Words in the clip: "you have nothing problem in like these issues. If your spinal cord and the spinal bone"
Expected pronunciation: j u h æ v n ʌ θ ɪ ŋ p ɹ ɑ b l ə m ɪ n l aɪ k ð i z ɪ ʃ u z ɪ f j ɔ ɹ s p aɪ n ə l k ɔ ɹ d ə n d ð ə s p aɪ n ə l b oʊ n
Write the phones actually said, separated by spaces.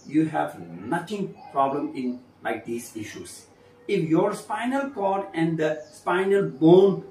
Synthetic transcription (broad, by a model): j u h æ v n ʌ t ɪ ŋ p ɹ ɑ b l ə m ɪ n l aɪ k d i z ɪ ʃ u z ɪ f j ɔ ɹ s p aɪ n ə l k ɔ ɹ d ə n d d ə s p aɪ n ə l b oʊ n